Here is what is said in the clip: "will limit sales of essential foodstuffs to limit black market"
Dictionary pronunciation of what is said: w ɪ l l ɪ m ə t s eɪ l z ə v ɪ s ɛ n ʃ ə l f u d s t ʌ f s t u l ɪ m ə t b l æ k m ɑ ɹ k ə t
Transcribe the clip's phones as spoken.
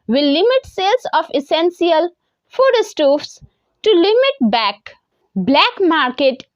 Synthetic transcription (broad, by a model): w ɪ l l ɪ m ə t s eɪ l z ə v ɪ s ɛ n s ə l f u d s t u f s t u l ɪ m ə t b l æ k m ɑ ɹ k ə t